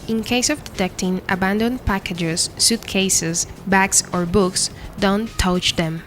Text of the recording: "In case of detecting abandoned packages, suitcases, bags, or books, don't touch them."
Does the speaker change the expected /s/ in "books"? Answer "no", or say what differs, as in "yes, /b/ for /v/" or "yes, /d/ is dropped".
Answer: no